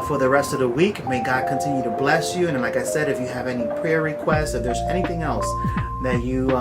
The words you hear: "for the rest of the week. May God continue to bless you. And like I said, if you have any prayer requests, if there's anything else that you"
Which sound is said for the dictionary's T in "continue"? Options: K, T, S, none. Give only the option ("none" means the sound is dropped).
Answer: T